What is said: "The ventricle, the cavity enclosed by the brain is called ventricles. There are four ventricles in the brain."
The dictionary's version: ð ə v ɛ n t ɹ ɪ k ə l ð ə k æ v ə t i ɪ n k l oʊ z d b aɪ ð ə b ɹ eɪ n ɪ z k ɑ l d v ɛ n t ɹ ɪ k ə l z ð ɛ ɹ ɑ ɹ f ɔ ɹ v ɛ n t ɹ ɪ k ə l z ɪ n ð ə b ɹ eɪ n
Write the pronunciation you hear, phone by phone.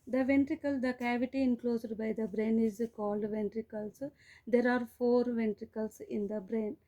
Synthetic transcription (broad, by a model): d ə v ɛ n t ɹ ɪ k ə l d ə k æ v ə t i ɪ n k l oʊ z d b aɪ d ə b ɹ eɪ n ɪ z k ɑ l d v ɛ n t ɹ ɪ k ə l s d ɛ ɹ ɑ ɹ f ɔ ɹ v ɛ n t ɹ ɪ k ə l s ɪ n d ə b ɹ eɪ n